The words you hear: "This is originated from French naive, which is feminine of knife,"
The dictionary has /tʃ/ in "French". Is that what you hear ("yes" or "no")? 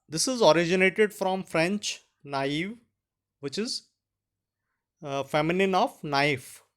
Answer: yes